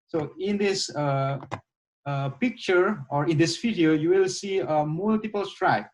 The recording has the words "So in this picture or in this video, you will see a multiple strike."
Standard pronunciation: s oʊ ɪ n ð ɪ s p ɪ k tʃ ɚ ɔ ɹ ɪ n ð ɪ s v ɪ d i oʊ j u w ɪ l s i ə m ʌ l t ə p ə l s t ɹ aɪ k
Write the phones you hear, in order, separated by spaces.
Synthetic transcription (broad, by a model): s oʊ ɪ n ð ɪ s p ɪ k tʃ ɚ ɔ ɹ ɪ n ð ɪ s f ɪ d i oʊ j u w ɪ l s i ə m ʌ l t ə p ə l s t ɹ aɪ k